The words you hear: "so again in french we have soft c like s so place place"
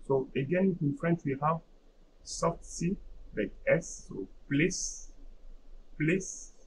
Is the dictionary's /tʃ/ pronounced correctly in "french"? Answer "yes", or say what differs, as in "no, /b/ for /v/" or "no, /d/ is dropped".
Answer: no, /s/ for /tʃ/